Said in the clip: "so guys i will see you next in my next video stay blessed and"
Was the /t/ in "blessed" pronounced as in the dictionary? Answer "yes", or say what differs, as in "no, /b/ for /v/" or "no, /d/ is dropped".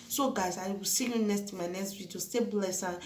no, /t/ is dropped